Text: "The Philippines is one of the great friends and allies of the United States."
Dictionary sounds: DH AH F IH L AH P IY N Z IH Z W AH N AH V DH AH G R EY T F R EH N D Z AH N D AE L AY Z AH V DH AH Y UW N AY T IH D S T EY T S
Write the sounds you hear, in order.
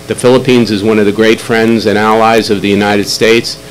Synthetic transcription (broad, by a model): DH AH F IH L AH P IY N Z IH Z W AH N AH V DH AH G R EY T F R EH N D Z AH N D AE L AY Z AH V DH AH Y UW N AY T IH D S T EY T S